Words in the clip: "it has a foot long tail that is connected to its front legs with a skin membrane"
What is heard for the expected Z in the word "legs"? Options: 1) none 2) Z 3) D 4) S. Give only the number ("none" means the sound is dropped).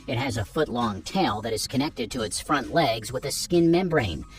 2